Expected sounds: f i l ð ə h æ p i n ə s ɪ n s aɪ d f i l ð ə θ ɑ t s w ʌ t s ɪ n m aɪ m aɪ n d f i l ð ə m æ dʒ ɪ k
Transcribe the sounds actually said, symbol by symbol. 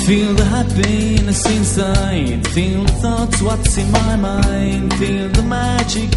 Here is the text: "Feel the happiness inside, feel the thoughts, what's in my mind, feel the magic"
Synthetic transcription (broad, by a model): f i l ð ə h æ b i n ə s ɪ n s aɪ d f i l ð ə θ ɑ t s w ʌ t s ɪ n m aɪ m aɪ n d f i l ð ə m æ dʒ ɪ k